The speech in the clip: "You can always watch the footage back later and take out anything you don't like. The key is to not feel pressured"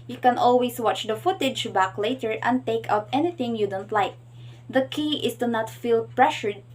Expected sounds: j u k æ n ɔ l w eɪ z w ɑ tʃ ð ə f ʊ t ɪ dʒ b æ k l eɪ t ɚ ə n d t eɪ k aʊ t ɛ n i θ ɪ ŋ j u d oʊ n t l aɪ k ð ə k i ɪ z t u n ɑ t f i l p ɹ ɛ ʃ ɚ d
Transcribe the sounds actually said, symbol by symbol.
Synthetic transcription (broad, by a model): j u k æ n ɔ l w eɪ s w ɑ tʃ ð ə f ʊ t ɪ dʒ b æ k l eɪ t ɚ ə n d t eɪ k aʊ t ɛ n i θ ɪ ŋ j u d oʊ n t l aɪ k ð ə k i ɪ s t u n ɑ t f i l p ɹ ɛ ʃ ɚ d